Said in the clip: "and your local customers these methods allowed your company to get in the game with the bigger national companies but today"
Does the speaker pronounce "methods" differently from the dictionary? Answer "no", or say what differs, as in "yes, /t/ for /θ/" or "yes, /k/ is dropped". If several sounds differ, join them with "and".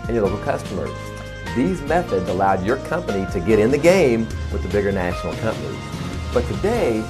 no